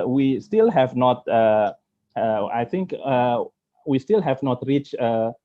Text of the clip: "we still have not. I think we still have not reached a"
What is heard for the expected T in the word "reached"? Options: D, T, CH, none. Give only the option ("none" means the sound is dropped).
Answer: none